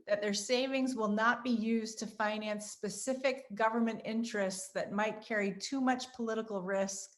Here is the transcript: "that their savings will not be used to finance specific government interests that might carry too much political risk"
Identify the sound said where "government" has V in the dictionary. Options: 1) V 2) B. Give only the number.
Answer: 1